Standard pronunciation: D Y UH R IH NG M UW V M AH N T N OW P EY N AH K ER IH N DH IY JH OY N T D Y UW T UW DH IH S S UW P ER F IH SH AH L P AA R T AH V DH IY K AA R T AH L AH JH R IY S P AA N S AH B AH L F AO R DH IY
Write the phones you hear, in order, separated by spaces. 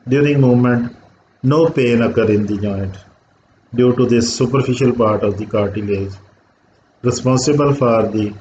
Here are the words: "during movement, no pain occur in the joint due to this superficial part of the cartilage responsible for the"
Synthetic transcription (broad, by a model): D Y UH R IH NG M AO M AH N T N OW P EY N AH K ER IH N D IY JH OY N T D Y UW T UW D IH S S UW P ER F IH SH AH L P AA R T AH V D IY K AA R T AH L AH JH R IY S P AA N S AH B AH L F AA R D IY